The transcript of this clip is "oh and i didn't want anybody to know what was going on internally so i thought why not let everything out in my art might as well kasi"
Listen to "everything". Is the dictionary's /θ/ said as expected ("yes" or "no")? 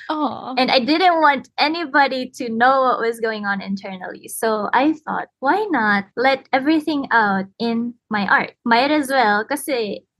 yes